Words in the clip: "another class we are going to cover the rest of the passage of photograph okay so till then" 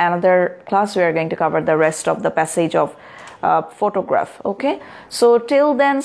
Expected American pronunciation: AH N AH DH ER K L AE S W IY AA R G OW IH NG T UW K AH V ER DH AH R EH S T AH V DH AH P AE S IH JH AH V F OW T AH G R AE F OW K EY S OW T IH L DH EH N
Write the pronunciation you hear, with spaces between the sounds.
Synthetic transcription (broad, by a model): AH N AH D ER K L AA S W IY AA R G OW IH NG T UW K AH V ER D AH R EH S T AH V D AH P AE S IH JH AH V F OW T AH G R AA F OW K EY S OW T IH L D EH N